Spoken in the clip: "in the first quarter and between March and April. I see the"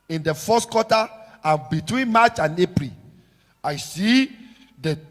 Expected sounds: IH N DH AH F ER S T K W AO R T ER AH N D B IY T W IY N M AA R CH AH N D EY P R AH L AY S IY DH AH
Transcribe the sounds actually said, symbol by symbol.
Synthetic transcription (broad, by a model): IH N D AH F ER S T K W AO T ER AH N B IY T W IY N M AA CH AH N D EY P R AH L AY S IY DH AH